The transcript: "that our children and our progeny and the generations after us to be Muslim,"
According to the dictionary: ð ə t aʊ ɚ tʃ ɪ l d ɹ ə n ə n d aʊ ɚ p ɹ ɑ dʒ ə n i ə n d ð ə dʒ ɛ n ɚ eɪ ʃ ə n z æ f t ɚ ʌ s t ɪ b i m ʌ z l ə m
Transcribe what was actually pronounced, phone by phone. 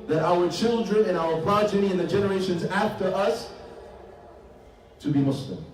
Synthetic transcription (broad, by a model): ð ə t aʊ ɚ tʃ ɪ l d ɹ ə n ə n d aʊ ɚ p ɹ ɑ dʒ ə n i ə n ð ə dʒ ɛ n ɚ eɪ ʃ ə n z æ f t ɚ ʌ s t ɪ b i m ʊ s l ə m